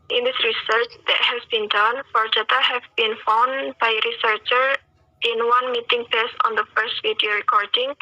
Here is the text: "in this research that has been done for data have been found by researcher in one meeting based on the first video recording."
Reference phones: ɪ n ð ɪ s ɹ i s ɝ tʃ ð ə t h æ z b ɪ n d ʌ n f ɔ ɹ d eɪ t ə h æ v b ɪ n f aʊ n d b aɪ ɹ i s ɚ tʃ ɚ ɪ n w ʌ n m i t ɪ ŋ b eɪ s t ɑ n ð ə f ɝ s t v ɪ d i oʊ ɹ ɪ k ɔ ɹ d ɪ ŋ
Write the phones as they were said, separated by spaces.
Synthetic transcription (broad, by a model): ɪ n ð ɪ s ɹ i s ɝ tʃ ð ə t h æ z b ɪ n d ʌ n f ɔ ɹ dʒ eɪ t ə h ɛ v b ɪ n f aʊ n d b aɪ ɹ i s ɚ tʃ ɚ ɪ n w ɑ n m i t ɪ ŋ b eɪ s ɑ n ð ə f ɝ s t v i d i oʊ ɹ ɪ k ɔ ɹ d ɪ ŋ